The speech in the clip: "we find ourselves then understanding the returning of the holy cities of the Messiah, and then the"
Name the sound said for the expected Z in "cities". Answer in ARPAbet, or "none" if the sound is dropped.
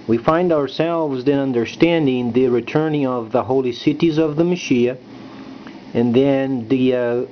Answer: Z